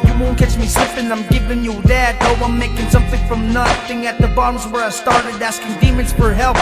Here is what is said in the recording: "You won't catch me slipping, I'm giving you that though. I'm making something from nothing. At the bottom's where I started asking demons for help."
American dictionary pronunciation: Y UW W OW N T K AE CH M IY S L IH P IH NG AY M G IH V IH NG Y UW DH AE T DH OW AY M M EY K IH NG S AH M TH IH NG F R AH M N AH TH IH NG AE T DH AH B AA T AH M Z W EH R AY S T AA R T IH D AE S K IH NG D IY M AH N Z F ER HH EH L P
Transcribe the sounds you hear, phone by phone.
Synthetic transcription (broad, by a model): Y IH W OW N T K AE CH M IY S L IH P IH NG AY M G IH V IH NG Y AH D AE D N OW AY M M EY K IH NG S AH M TH IH NG F R AH M N AH TH IH NG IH T DH AH B AA T AH M Z W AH R AY S T AA R T IH D AE S K IH NG D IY M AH N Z F ER HH EH L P